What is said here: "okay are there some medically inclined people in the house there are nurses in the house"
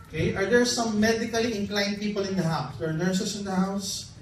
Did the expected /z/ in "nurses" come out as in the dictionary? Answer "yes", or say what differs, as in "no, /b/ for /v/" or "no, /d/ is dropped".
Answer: no, /s/ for /z/